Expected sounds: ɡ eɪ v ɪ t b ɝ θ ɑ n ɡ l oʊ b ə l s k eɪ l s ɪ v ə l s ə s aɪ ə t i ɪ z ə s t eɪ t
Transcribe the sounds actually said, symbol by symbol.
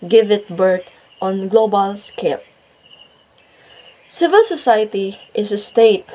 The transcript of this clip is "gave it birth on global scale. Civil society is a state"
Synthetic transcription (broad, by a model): ɡ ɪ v ɪ t b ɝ t ɑ n ɡ l oʊ b ə l s k eɪ l s ɪ v ə l s ə s aɪ ə t i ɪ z ə s t eɪ t